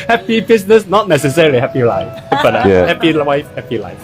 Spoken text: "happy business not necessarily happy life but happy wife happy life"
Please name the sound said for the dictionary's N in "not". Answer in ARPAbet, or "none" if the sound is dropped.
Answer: N